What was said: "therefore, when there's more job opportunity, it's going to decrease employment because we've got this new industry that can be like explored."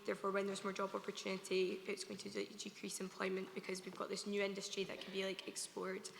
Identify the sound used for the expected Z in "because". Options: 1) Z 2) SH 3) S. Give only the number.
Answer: 1